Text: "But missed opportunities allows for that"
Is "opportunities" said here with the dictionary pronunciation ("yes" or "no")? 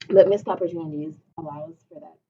yes